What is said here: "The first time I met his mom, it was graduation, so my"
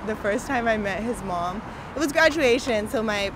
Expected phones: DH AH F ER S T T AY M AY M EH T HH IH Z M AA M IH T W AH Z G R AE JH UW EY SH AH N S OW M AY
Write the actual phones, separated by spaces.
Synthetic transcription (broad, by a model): DH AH F ER S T T AY M AY M EH T HH IH Z M AA M IH T W AH Z G R AE JH UW EY SH AH N S OW M AY